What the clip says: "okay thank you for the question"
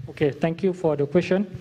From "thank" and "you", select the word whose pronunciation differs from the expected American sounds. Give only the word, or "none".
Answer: thank